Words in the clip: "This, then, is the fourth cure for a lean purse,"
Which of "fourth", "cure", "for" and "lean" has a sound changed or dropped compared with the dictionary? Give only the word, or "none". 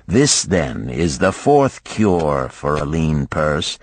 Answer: none